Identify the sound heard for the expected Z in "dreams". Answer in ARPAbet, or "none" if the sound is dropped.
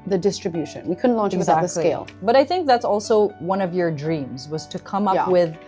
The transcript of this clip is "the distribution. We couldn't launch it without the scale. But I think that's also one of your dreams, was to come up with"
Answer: Z